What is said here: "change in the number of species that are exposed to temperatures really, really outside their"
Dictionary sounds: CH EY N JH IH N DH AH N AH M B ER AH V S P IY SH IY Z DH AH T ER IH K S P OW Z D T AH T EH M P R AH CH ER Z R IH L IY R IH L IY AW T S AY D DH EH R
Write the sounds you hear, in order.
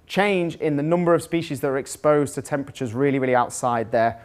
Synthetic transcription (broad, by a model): CH EY N JH IH N DH AH N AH M B ER AH V S P IY SH IY Z DH AH T ER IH K S P OW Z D T AH T EH M P R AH CH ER Z R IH L IY R IH L IY AW T S AY D DH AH